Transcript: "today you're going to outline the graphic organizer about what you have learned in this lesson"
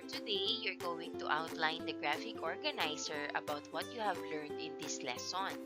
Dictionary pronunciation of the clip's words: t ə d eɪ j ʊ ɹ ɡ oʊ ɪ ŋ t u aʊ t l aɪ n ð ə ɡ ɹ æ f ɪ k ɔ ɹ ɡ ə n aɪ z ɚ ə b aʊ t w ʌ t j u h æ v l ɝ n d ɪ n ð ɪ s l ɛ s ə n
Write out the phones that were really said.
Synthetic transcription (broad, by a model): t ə d eɪ j ʊ ɹ ɡ oʊ ɪ ŋ t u aʊ t l aɪ n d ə ɡ ɹ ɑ f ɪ k ɔ ɹ ɡ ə n aɪ s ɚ ə b aʊ t w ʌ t j u h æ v l ɝ n d ɪ n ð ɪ s l ɛ s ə n